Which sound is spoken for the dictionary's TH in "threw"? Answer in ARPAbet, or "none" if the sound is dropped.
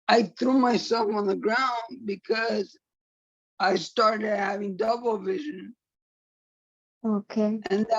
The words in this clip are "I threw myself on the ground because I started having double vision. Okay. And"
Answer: TH